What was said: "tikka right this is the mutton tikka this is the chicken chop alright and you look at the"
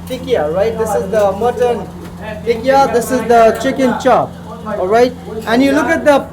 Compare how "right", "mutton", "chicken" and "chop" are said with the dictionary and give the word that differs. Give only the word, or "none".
none